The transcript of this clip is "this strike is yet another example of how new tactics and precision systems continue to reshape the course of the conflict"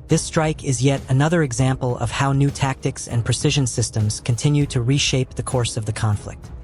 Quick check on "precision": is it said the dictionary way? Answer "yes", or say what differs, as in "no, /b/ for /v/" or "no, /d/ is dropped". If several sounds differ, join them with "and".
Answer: yes